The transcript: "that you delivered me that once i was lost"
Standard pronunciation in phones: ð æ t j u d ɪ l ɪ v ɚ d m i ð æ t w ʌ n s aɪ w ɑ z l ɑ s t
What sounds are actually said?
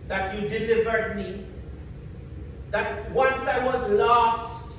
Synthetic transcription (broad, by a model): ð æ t j u d ɪ l ɪ v ɚ d m i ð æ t w ʌ n s aɪ w ɑ z l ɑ s t